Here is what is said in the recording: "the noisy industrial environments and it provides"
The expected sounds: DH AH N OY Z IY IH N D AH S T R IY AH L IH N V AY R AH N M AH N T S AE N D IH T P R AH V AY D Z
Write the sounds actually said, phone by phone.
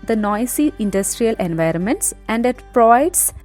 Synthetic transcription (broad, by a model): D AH N OY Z IY IH N D AH S T R IY AH L IH N V AY R AH N M AH N T S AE N D IH T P R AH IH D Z